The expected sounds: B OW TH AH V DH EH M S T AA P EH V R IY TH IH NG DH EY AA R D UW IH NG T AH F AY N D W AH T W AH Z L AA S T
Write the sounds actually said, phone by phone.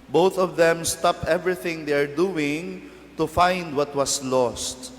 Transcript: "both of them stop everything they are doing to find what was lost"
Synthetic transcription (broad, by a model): B OW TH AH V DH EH M S T AA P EH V R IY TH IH NG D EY AA R D UW IH NG T AH F AY N D W AH T W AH S L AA S T